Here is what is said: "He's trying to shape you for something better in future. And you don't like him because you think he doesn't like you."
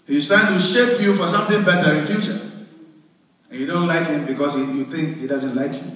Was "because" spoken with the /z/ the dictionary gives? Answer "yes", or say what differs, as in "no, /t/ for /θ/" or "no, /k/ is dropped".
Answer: no, /s/ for /z/